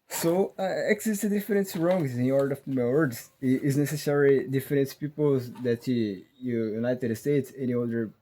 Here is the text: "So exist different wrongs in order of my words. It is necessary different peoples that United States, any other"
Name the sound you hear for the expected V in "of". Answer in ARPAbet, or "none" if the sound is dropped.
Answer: F